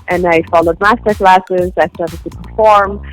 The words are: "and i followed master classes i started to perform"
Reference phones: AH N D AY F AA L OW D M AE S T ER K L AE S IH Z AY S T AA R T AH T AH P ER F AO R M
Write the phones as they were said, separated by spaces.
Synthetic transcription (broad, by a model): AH N AY F AA L OW D M AE S T ER K L AE S IH Z AY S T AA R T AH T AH P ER F AO R M